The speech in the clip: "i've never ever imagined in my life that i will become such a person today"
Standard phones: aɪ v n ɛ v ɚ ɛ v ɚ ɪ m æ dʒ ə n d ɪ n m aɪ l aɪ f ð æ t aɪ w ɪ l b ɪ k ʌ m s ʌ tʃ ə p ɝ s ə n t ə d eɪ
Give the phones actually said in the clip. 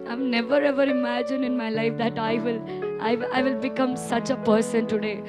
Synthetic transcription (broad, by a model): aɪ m n ɛ v ɚ ɛ v ɚ ɪ m æ dʒ ə n d ɪ n m aɪ l aɪ f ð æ t aɪ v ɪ l b ɪ k ʌ m s ʌ tʃ ə p ɝ s ə n t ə d eɪ